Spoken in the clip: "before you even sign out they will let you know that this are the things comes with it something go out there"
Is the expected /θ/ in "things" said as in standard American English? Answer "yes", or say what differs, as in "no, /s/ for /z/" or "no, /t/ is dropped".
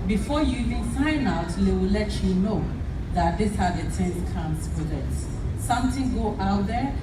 no, /t/ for /θ/